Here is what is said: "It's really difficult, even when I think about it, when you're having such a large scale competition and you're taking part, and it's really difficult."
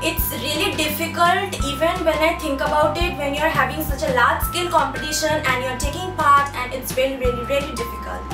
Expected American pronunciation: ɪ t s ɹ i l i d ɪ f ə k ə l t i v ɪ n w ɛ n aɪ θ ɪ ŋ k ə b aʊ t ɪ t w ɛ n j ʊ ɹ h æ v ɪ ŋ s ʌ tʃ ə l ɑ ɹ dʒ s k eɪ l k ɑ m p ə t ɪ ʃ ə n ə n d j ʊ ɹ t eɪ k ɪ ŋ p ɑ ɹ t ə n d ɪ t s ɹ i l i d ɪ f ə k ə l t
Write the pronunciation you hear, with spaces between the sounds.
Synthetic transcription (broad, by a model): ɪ t s ɹ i l i d ɪ f ə k ə l t i v ɪ n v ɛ n aɪ t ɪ ŋ k ə b aʊ t ɪ t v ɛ n j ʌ ɹ h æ v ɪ ŋ s ʌ tʃ ə l ɑ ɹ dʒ s k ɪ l k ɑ m p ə t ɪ ʃ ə n ə n d j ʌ ɹ t eɪ k ɪ ŋ p ɑ ɹ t ə n d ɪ t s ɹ i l i d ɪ f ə k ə l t